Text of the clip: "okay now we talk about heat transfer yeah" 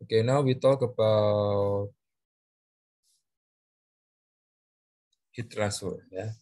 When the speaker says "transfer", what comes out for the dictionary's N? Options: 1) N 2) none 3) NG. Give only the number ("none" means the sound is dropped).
2